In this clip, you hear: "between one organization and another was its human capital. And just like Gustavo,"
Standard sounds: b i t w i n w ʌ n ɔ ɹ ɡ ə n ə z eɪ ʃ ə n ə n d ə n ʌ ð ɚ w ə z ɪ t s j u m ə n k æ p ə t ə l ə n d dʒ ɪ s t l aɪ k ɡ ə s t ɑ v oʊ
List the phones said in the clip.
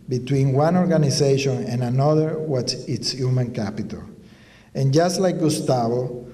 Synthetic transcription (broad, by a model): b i t w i n w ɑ n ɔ ɹ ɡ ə n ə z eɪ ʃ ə n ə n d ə n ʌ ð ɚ w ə s ɪ t s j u m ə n k æ p ə t ə l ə n dʒ ɪ s t l aɪ k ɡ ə s t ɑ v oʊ